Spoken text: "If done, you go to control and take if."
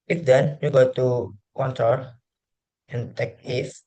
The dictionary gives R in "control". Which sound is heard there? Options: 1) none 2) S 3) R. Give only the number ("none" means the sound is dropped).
1